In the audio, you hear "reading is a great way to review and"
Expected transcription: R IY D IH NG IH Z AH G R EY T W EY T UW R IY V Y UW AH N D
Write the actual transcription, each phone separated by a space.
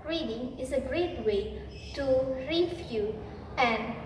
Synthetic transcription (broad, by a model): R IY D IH NG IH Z AH G R EY T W EY T UW R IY F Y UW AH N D